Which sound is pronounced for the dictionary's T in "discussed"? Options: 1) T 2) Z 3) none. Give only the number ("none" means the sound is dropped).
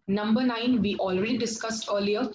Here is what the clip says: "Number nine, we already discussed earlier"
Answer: 1